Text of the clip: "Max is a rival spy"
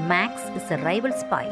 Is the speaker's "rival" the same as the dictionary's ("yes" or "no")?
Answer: yes